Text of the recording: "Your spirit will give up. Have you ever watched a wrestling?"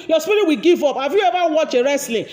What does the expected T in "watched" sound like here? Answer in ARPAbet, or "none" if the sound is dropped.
none